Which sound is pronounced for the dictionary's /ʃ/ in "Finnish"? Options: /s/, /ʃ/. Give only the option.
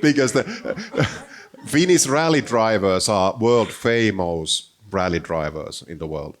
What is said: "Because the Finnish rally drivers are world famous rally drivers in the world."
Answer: /s/